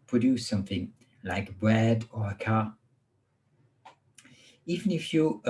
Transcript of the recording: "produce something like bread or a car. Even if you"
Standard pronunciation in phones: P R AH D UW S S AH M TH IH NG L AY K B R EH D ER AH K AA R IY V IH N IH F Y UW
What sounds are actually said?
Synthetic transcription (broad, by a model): P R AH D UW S S AH M TH IH NG L AY K B R EH D ER AH K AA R IY V IH N IH F Y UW